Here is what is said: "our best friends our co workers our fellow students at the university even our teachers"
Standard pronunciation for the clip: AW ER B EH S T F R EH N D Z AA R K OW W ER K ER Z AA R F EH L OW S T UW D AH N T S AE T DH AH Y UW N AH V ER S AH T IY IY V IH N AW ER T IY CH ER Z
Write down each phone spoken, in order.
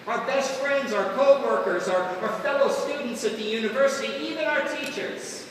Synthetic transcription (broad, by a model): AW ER B EH S T F R EH N D Z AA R K OW W ER K ER Z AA R F EH L OW S T UW D N T S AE T DH AH Y UW N AH V ER S AH T IY IY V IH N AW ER T IY CH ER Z